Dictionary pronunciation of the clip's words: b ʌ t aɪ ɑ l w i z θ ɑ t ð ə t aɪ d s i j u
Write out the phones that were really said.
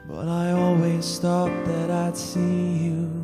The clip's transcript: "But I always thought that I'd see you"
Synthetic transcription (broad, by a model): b ʌ t aɪ ɑ l w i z t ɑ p ð ə t aɪ d s i j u